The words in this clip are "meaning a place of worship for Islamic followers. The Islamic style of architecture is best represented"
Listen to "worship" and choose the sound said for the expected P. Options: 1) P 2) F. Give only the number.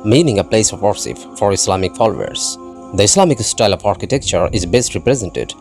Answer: 2